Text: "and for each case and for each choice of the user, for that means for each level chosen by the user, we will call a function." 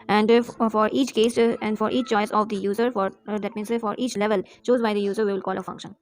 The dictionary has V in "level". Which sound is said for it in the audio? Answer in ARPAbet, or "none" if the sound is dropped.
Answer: V